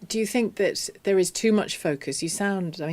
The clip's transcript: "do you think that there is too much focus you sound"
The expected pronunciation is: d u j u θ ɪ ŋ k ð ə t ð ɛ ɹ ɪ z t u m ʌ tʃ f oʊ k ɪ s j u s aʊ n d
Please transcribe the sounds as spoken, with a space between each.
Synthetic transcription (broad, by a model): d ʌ j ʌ θ ɪ ŋ k ð ə t ð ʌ ɹ ɪ z t u m ʌ tʃ f oʊ k ɪ s j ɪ s aʊ n d